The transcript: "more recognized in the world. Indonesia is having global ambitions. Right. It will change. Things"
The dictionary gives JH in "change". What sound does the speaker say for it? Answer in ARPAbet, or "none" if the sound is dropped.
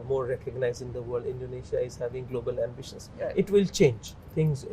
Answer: JH